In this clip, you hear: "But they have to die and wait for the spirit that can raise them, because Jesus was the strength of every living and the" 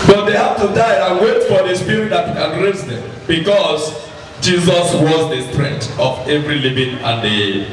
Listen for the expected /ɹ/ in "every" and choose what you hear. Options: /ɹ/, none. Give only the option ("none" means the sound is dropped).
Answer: /ɹ/